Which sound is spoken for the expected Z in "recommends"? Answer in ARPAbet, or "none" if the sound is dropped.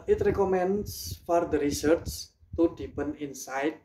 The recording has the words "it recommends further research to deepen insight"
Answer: S